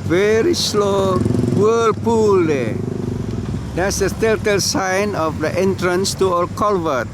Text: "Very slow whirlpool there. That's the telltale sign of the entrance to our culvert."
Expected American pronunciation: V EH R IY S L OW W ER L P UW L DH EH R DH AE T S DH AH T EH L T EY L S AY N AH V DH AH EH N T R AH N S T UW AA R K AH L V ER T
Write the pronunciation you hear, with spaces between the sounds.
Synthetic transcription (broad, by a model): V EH R IY S L OW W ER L P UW L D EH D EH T S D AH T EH T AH L S AY N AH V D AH EH N T R AH N S T UW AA L K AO L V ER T